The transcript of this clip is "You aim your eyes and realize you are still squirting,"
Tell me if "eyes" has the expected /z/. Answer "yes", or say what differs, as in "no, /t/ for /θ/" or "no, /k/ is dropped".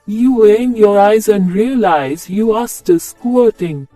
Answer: yes